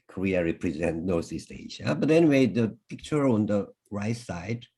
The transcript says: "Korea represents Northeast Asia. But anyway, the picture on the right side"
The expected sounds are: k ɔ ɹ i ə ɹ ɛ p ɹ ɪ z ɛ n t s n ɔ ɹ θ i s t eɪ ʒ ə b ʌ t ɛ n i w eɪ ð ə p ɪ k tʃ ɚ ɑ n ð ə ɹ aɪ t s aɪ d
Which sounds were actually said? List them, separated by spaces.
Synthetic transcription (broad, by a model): k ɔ ɹ i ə ɹ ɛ p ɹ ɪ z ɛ n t n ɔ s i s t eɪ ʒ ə b ʌ t ɛ n i w eɪ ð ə p ɪ k tʃ ɚ ɑ n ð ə ɹ aɪ t s aɪ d